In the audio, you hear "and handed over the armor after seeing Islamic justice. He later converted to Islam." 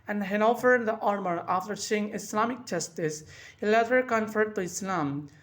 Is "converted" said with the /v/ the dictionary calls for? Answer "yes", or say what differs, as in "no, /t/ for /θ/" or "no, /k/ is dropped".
no, /f/ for /v/